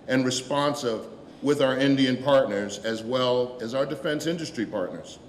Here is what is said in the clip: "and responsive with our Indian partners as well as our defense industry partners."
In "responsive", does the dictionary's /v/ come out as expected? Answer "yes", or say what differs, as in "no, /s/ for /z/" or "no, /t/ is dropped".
yes